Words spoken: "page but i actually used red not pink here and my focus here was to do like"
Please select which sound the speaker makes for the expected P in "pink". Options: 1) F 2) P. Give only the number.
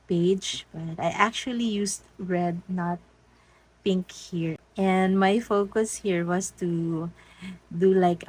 2